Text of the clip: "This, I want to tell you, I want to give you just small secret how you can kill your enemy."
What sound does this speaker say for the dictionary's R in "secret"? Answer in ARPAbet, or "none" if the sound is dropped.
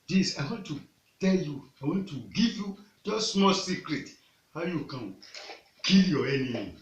R